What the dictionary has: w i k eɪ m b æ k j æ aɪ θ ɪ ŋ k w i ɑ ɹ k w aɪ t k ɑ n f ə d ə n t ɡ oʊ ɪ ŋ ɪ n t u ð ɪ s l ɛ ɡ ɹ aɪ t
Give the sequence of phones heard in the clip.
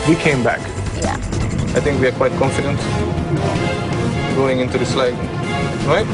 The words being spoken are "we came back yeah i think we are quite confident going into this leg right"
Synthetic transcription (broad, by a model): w i k eɪ m b æ k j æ aɪ t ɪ ŋ k w i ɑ ɹ k w aɪ t k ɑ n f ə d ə n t ɡ oʊ ɪ ŋ ɪ n t u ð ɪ s l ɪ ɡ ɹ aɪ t